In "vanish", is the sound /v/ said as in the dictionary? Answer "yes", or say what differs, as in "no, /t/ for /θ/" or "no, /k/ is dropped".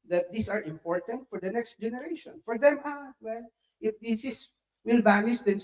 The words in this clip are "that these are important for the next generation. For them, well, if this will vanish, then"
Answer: no, /b/ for /v/